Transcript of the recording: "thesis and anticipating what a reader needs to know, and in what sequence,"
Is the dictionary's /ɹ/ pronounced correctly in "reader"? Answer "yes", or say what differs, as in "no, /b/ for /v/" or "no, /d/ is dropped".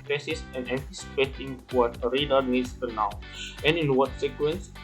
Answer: yes